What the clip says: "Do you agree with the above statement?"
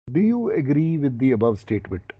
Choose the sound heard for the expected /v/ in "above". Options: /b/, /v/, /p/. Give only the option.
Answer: /v/